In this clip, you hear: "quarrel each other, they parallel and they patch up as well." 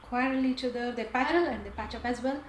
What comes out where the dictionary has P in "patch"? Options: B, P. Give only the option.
P